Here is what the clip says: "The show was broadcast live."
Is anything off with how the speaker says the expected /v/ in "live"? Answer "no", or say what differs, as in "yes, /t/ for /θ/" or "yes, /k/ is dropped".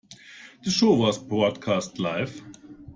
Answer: yes, /f/ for /v/